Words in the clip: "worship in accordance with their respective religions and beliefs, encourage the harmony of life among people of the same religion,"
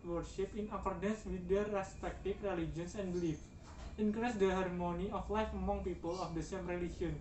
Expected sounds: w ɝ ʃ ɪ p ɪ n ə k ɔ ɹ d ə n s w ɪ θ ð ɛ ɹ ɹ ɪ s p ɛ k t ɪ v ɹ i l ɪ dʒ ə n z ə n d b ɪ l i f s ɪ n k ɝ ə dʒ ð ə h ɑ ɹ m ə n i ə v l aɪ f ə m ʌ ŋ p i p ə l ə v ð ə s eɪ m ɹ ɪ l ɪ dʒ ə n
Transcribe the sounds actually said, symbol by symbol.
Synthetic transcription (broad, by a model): w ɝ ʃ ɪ p ɪ n ə k ɔ ɹ d ə n s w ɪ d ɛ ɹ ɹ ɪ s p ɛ k t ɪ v ɹ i l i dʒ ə n s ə n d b l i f ɪ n k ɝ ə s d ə h ɑ ɹ m ə n i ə f l aɪ f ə m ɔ ŋ p i p ə l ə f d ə s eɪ m ɹ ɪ l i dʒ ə n